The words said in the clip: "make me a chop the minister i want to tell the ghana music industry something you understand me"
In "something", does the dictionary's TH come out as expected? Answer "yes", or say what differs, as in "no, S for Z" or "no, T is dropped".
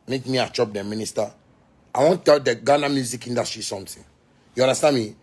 no, T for TH